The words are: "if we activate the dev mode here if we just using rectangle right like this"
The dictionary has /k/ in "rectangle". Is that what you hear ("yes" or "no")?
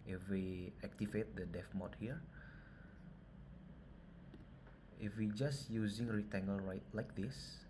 no